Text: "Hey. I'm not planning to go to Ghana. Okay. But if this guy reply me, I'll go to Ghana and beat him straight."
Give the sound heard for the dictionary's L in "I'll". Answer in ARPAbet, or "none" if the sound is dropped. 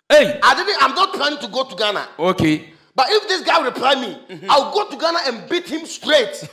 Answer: W